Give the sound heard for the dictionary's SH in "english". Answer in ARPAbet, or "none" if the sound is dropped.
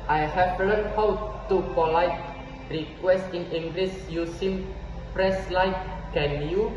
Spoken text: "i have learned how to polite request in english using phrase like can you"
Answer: S